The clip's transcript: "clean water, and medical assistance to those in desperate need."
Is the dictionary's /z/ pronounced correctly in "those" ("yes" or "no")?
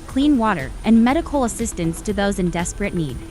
yes